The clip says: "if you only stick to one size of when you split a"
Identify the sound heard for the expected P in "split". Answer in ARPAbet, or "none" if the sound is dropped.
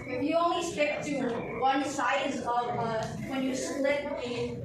none